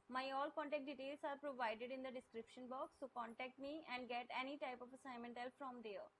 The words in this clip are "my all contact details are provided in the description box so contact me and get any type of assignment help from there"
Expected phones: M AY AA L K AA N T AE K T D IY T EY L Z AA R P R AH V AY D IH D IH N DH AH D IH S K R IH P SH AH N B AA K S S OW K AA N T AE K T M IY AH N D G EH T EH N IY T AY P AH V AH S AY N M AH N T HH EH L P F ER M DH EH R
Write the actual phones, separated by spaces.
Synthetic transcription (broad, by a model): M AY AA L K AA N T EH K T D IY T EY L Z AA R P R AH V AY D IH D IH N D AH D IH S K R IH P SH AH N B AA K S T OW K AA N T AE K T M IY AH N D G EH T EH N IY T AY P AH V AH S AY M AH N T HH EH L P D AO M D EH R